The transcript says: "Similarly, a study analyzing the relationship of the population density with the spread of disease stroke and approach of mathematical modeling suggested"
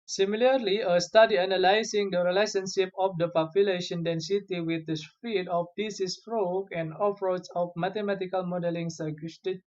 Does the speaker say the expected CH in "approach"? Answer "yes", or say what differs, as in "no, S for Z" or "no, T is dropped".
no, S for CH